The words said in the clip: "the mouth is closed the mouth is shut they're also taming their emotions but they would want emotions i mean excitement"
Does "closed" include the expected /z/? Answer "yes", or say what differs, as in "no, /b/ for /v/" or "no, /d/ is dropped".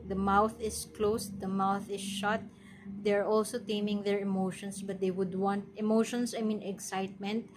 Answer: no, /s/ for /z/